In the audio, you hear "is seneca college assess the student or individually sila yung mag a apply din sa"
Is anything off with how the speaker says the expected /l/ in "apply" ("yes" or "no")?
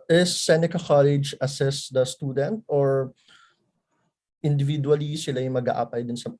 yes